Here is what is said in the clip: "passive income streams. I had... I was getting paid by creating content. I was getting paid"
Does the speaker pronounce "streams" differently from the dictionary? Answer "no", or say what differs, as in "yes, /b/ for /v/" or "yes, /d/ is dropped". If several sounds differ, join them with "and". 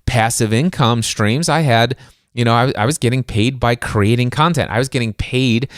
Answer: no